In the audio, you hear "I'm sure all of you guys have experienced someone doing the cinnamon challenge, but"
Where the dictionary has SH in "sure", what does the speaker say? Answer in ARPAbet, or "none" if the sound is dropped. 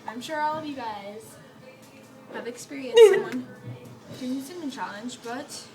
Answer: SH